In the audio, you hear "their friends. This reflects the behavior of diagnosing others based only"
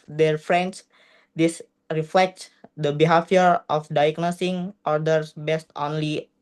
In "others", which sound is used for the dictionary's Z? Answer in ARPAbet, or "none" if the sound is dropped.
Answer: S